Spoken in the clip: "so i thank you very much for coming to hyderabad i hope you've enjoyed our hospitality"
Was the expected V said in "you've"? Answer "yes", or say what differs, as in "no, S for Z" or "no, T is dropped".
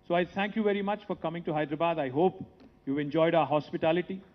yes